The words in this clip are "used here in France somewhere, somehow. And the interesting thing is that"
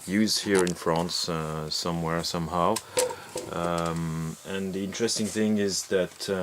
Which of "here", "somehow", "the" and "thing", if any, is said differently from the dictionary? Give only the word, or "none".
none